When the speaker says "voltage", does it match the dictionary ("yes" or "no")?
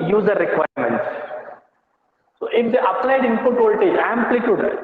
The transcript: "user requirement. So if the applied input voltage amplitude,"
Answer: no